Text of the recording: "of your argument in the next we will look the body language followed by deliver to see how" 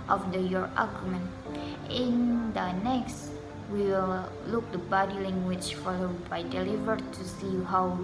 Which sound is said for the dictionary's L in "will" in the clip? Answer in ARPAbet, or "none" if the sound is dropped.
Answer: L